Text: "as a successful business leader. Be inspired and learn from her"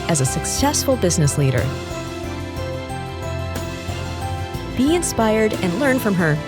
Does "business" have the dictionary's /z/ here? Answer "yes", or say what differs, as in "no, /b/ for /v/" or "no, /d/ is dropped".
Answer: yes